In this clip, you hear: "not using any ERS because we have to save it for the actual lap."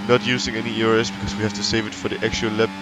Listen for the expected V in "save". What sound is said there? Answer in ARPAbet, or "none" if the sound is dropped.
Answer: V